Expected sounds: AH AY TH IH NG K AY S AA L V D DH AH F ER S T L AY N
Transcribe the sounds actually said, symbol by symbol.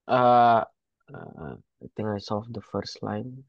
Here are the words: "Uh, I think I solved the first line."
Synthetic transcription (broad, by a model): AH AY T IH NG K AY S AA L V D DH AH F ER S T L AY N